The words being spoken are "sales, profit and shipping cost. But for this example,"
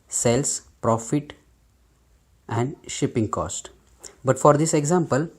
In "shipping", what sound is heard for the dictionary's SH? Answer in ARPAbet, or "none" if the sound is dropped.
SH